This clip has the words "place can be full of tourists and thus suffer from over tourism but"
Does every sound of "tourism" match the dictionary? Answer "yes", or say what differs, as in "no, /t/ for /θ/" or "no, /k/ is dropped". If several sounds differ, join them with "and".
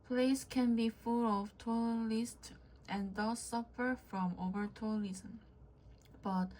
no, /l/ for /ɹ/